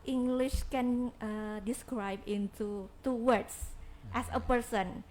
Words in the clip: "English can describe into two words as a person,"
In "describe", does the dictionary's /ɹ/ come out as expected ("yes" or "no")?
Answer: yes